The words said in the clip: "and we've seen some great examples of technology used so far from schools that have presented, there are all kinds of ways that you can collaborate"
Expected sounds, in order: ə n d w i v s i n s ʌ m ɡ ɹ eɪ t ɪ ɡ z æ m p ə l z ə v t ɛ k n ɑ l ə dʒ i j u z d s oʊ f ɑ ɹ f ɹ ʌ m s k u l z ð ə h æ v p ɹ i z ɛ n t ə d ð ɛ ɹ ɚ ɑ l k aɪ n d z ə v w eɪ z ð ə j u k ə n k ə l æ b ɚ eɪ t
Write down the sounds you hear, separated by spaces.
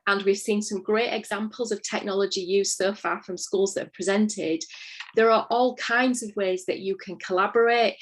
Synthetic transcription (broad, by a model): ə n w i v s i n s ʌ m ɡ ɹ eɪ t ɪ ɡ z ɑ m p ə l z ə v t ɛ k n ɑ l ə dʒ i j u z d s oʊ f ɑ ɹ f ɹ ʌ m s k u l z ð ə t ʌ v p ɹ i z ɛ n t ə d ð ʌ ɹ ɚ ɑ l k aɪ n d z ə v w eɪ z ð ə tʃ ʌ k ə n k ə l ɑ b ɚ eɪ t